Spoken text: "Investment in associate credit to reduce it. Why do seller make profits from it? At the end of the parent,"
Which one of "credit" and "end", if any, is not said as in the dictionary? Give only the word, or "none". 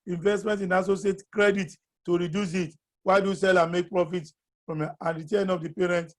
end